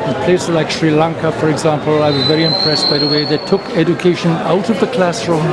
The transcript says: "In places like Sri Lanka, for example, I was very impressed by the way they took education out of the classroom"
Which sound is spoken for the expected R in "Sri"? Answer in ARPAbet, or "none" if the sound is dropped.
R